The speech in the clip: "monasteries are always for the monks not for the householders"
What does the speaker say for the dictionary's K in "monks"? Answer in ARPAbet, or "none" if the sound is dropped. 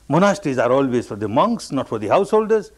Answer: K